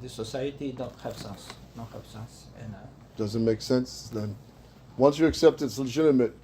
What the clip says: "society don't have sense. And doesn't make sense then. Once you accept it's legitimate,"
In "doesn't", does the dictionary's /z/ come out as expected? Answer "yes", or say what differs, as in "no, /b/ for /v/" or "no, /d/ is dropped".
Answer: yes